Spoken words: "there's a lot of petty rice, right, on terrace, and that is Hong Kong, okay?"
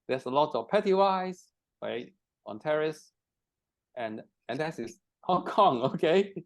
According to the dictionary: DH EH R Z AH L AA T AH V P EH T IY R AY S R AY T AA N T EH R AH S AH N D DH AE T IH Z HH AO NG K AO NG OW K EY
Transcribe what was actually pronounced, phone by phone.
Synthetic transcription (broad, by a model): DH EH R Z AH L AA T AH V P EH T IY W AY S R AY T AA N T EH R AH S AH N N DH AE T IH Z HH AO NG K AO NG OW K EY